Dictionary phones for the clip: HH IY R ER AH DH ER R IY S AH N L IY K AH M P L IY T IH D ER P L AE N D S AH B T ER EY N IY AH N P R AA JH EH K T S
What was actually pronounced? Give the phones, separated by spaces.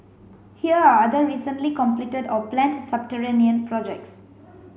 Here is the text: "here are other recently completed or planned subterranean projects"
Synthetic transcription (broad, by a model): HH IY R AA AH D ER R IY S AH N L IY K AH M P L IY T IH D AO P L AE N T S AH B T ER EY N IY AH N P R AA JH EH K T S